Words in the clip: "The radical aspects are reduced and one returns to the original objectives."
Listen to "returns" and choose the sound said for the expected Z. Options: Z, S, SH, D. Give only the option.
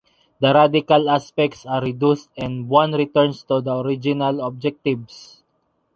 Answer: S